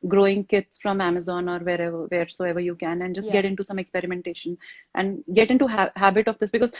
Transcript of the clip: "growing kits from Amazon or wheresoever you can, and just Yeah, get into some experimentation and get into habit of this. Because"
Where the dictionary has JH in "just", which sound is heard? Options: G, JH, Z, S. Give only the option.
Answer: JH